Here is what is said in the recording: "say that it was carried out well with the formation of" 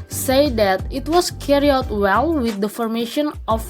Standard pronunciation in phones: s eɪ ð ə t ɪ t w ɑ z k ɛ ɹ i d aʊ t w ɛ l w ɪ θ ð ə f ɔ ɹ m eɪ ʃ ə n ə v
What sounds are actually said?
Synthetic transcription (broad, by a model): s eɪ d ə t ɪ t w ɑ s k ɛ ɹ i aʊ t w ɛ l w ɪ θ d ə f ɔ ɹ m eɪ ʃ ə n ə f